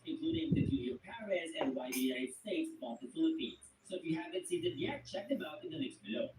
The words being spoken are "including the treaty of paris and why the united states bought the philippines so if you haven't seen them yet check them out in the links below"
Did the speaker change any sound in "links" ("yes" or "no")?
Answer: yes